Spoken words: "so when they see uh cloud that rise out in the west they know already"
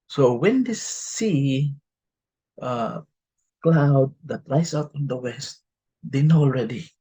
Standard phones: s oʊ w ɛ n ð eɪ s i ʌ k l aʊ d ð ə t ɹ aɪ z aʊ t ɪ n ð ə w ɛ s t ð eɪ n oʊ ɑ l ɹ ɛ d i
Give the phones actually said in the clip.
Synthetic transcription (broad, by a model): s oʊ w ɛ n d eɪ s i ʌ k l aʊ d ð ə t ɹ aɪ s aʊ t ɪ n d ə w ɛ s t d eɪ n oʊ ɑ l ɹ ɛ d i